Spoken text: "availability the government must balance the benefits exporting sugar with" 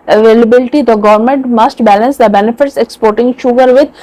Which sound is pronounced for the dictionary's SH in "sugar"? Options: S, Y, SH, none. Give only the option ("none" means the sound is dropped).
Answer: SH